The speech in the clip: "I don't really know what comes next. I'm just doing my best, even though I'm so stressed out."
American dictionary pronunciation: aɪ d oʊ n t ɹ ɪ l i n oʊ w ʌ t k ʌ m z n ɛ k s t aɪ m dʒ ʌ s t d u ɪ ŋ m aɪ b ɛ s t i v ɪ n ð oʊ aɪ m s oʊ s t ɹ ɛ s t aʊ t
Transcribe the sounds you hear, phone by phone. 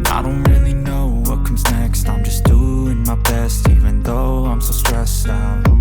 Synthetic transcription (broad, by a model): aɪ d oʊ n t ɹ ɪ l i n oʊ w ʌ t k ʌ m z n ɛ k s t aɪ m dʒ ʌ s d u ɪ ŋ m aɪ b ɛ s t i v ɪ n ð oʊ aɪ m s oʊ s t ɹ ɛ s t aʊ